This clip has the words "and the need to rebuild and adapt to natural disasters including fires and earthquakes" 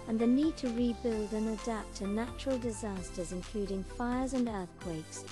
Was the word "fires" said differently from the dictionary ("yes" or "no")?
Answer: no